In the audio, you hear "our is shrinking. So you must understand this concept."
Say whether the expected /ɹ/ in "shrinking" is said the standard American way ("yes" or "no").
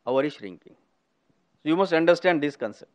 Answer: yes